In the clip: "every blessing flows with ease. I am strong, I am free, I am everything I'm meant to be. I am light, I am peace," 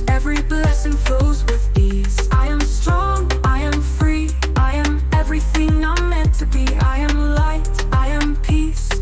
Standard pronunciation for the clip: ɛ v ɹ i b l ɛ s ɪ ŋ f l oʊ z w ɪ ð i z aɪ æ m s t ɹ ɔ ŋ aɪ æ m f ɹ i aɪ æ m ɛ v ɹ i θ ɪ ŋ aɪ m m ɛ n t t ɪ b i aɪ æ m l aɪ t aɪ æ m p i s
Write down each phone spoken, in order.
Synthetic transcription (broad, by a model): ɛ v ɹ i b l ɛ s ɪ ŋ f oʊ z w ɪ ð i z aɪ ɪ m s t ɹ ɔ ŋ aɪ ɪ m f ɹ i aɪ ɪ m ɛ v ɹ i θ ɪ ŋ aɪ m m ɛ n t t ɪ b i aɪ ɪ m l aɪ t aɪ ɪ m p i s